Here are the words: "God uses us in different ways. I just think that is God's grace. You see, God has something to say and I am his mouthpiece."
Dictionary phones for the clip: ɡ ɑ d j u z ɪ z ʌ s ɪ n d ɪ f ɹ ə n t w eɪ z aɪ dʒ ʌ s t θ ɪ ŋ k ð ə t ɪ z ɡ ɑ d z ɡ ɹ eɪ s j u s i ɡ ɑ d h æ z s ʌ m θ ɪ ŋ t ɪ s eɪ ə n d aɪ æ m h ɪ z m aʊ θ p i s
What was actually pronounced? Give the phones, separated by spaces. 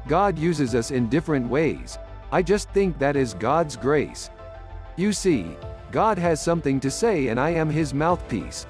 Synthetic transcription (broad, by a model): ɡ ɑ d j u z ɪ z ʌ s ɪ n d ɪ f ɹ ə n t w eɪ z aɪ dʒ ʌ s t θ ɪ ŋ k ð ə t ɪ z ɡ ɑ d z ɡ ɹ eɪ s j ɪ s i ɡ ɑ d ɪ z s ʌ m θ ɪ ŋ t ɪ s eɪ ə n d aɪ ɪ m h ɪ z m aʊ θ p i s